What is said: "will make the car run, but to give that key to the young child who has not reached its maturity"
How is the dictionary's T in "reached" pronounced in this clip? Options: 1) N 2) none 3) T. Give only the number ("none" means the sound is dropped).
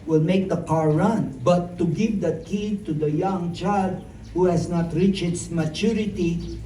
2